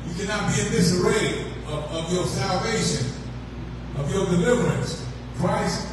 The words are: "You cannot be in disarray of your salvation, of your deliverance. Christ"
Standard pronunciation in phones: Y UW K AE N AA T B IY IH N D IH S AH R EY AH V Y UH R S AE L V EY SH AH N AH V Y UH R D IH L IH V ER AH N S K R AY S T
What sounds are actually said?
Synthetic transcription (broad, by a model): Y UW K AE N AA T B IY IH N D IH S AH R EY AH V Y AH R S AE L V EY SH AH N AH V Y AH R D IH L IH V ER AH N S K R AY S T